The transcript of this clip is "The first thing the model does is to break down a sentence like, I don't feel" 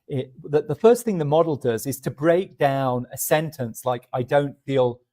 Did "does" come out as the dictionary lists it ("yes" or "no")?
yes